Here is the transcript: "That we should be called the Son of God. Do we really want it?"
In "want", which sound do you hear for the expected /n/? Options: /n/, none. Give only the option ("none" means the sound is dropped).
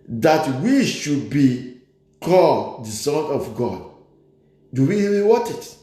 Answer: none